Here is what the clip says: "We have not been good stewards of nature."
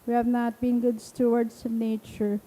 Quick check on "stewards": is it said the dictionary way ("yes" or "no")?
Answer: no